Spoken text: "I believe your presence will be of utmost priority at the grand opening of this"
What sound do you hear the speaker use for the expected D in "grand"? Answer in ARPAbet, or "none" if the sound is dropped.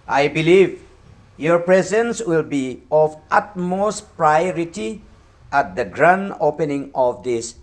none